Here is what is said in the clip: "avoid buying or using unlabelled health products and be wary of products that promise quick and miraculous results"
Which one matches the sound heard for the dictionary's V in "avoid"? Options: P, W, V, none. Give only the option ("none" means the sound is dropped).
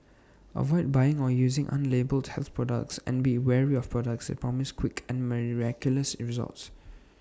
V